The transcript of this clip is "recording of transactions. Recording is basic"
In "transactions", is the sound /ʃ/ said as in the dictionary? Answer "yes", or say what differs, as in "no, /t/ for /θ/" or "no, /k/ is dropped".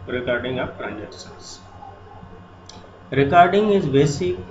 no, /s/ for /ʃ/